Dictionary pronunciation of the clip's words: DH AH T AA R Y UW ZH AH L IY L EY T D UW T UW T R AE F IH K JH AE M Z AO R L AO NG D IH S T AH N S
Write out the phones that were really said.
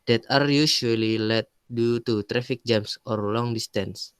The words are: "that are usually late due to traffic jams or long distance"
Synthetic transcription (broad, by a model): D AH T AA R Y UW SH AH L IY L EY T D UW T UW T R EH F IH K JH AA M S AO R L AO NG D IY S T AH N S